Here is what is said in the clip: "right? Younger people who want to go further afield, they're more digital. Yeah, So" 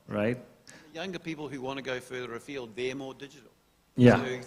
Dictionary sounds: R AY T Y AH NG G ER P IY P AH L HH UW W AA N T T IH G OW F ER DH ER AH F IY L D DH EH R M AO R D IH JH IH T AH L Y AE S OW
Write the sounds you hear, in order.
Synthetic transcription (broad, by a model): R AY T Y AH NG G ER P IY P L HH UW W AA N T T IH G OW F ER DH ER AH F IY L D DH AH R M AO R D IH JH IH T L Y AE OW